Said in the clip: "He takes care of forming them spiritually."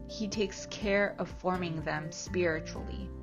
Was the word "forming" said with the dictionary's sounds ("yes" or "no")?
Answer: yes